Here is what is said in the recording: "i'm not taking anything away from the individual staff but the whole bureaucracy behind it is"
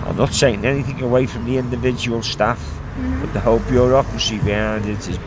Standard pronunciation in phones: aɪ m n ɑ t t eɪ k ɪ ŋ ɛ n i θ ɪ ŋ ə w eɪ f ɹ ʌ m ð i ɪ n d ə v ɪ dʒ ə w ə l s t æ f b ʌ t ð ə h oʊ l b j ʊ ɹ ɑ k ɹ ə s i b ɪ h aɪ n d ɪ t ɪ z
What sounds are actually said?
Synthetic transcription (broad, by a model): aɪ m n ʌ t s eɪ ɪ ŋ ɛ n i θ ɪ ŋ ə w eɪ f ɹ ʌ m ð i ɪ n d ə v ɪ dʒ ə w ə l s t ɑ f b ʌ t ð ə h oʊ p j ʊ ɹ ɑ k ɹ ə s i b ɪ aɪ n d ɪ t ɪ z